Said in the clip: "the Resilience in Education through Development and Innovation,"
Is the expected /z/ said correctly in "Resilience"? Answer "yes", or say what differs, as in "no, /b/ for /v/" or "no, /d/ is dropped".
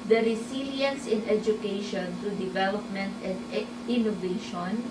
no, /s/ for /z/